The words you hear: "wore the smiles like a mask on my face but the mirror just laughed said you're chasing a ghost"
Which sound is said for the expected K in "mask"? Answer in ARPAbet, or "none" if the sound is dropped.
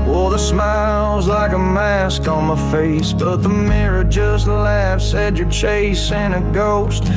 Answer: K